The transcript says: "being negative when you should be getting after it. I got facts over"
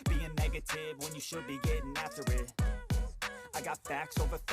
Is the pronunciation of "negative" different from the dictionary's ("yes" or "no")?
no